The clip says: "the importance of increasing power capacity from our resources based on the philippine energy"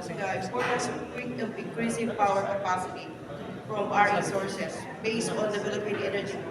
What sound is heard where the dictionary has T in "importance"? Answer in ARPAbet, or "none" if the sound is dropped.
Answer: S